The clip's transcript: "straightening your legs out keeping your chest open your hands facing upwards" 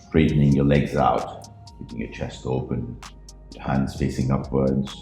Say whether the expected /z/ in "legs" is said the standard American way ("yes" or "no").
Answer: yes